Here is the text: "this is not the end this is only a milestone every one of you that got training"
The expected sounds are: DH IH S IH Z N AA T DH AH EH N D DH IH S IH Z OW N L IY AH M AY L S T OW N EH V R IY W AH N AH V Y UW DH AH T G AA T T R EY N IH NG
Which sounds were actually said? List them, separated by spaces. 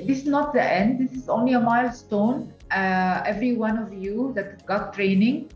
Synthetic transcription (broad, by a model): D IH S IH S N AA T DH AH EH N D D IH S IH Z OW N L IY AH M AY L S T OW N EH V R IY W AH N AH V Y UW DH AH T G AA T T R EY N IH NG